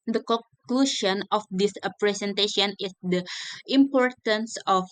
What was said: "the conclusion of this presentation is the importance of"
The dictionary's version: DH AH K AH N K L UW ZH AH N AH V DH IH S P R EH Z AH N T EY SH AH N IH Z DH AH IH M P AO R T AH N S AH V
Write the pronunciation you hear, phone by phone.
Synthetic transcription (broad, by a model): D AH K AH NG K L UW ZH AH N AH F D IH S P R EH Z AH N T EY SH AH N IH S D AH IH M P AO R T AH N S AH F